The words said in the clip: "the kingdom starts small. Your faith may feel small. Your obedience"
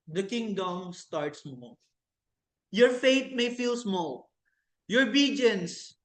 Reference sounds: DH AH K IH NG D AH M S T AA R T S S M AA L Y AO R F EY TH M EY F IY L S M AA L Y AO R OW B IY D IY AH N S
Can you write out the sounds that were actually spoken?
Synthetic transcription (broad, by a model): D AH K IH NG D AH M S T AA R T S S M AA L Y AO R F EY T M EY F IY L S M AA L Y AO R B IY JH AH N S